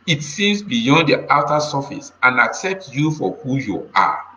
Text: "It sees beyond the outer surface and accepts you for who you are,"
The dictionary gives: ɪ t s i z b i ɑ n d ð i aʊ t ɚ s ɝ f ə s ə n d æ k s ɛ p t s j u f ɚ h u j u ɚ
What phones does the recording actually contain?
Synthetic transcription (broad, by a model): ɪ t s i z b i ɑ n d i aʊ t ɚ s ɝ f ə s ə n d æ k s ɛ p t s j u f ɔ h u j u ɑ